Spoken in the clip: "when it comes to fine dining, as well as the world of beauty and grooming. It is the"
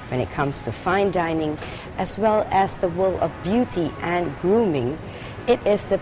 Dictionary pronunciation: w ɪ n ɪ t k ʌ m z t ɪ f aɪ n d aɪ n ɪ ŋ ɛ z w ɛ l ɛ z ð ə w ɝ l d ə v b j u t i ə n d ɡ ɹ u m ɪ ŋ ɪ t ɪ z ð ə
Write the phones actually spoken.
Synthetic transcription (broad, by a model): w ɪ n ɪ t k ʌ m z t ɪ f aɪ n d aɪ n ɪ ŋ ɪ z w ɛ l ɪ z ð ə w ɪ l ə v b j u t i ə n ɡ ɹ u m ɪ ŋ ɪ t ɪ z ð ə